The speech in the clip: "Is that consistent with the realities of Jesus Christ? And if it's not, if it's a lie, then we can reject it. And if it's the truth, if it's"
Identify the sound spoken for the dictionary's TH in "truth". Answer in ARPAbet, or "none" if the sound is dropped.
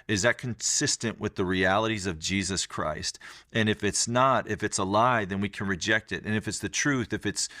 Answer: TH